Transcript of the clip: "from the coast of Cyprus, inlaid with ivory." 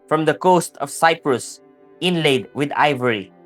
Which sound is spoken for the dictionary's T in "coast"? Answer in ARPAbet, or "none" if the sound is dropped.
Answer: T